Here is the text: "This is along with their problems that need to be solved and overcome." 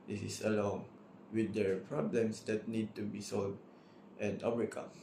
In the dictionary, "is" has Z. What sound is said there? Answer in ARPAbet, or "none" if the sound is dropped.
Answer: S